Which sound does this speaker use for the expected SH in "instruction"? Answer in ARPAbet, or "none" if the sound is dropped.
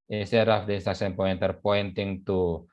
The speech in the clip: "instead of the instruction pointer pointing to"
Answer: S